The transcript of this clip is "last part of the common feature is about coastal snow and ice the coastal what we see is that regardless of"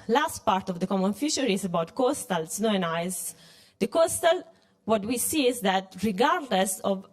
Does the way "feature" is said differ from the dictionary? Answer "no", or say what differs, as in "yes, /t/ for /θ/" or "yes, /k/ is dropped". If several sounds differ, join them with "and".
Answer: yes, /ʃ/ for /tʃ/